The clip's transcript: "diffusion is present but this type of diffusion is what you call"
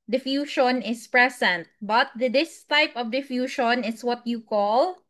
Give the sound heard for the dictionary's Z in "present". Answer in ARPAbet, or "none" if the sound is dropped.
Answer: S